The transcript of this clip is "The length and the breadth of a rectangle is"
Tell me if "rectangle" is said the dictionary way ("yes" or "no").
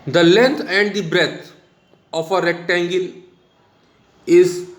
yes